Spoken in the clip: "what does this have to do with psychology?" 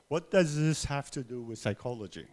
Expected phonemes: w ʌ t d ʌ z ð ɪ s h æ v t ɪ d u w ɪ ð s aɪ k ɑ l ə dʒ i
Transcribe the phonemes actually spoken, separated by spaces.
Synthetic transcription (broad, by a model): w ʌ t d ʌ z ð ɪ s h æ f t ɪ d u w ɪ ð s aɪ k ɑ l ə dʒ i